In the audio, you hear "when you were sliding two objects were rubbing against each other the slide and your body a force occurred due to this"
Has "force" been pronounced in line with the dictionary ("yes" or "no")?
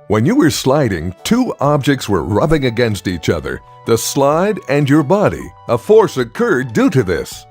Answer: yes